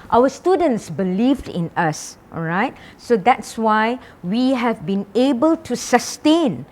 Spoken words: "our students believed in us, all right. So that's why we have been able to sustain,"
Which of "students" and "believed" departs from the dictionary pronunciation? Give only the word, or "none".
none